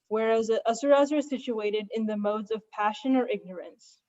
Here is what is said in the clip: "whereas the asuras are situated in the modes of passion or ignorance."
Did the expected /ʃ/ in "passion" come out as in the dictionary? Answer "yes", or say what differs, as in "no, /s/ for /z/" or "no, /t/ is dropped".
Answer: yes